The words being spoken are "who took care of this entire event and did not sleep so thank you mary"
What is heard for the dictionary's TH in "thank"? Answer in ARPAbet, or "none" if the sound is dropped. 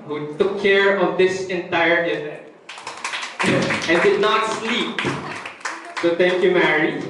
T